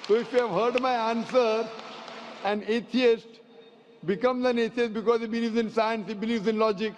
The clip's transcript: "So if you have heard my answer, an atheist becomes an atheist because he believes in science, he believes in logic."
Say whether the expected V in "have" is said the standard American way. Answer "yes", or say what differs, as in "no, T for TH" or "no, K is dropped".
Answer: yes